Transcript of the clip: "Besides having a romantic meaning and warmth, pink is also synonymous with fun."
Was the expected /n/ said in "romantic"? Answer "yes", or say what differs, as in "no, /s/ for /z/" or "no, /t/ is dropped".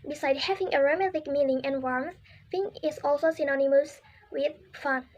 no, /n/ is dropped